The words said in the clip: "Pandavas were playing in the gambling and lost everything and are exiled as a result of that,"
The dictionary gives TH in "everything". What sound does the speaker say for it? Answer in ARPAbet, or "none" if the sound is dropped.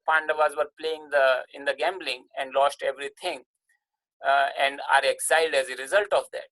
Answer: T